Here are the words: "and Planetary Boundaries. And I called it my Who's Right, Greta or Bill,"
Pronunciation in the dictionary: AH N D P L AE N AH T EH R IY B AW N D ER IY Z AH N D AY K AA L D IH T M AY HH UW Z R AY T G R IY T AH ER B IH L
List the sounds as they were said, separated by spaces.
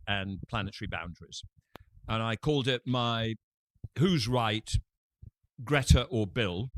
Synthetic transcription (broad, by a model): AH N P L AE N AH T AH R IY B AW N D ER IY Z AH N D AY K AA L D IH T M AY HH UW Z R AY T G R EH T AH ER B IH L